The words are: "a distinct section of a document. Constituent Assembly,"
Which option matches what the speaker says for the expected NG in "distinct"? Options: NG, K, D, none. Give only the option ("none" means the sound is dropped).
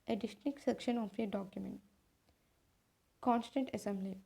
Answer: none